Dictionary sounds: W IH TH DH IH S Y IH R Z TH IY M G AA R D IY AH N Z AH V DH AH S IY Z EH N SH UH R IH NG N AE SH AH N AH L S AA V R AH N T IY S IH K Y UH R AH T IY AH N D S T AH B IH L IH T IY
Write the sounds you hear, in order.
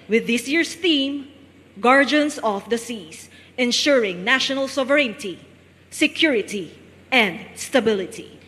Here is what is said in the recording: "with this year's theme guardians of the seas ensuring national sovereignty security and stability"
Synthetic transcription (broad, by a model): W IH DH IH S Y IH R S TH IY M G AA R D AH N S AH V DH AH S IY S EH N SH UH R IH NG N AE SH AH N AH L S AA V R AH N T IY S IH K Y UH R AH T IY AH N D S T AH B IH L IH T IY